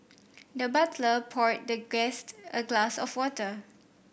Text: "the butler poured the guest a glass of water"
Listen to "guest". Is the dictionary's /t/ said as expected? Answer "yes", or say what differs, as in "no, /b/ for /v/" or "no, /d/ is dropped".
yes